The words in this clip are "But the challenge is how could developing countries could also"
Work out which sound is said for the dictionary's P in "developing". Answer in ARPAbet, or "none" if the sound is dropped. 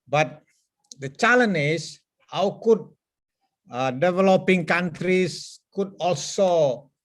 P